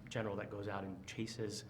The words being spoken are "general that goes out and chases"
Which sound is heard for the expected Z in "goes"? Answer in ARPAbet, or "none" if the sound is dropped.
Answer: Z